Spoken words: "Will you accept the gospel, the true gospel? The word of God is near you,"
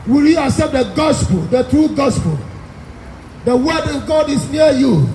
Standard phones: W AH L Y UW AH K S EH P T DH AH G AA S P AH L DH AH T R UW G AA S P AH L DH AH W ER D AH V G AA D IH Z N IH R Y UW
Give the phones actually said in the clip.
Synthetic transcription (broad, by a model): W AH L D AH S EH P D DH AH G AA S P AH L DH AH T R UW G AA S P AH L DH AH W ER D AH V G AA D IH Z N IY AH Y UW